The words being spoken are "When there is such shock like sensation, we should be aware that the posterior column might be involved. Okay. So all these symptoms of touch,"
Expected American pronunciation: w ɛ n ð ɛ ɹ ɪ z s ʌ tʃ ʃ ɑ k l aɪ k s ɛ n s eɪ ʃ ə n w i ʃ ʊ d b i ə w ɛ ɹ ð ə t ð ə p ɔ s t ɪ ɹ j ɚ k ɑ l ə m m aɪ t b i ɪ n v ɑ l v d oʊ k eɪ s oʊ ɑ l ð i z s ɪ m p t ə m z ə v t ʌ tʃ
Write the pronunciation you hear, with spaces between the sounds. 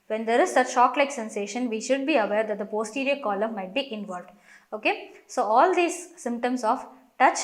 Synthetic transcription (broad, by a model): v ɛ n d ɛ ɹ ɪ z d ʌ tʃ ʃ ɑ k l aɪ k s ɛ n s eɪ ʃ ə n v i ʃ ʊ d b i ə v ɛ ɹ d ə t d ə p ɔ s t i ɹ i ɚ k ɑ l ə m m aɪ t b i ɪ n v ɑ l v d oʊ k eɪ s oʊ ɑ l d i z s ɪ m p t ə m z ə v t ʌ tʃ